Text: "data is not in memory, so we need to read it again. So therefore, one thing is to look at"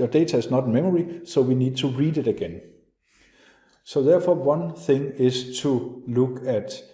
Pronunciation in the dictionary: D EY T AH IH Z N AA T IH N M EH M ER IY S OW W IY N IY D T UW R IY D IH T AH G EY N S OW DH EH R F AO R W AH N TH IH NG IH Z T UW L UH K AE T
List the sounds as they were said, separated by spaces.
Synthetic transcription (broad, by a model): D EY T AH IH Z N AA T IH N M EH M ER IY S OW W IY N IY D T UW R IY D IH T AH G EY N S OW DH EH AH F AO W AH N TH IH NG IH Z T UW L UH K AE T